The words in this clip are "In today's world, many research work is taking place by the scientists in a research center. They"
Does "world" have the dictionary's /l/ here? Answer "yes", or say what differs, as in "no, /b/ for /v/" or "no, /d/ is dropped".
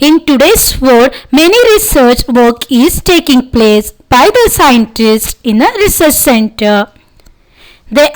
no, /l/ is dropped